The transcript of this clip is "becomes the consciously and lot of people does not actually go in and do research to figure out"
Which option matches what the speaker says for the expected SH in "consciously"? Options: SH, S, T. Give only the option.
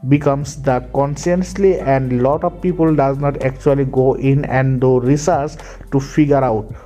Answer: S